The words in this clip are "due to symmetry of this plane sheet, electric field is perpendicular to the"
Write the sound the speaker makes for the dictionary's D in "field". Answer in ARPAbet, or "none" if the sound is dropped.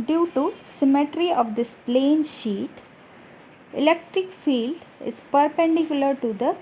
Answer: D